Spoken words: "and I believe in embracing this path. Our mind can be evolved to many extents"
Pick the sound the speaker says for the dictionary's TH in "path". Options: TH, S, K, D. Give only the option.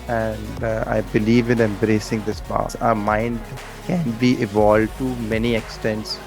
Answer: S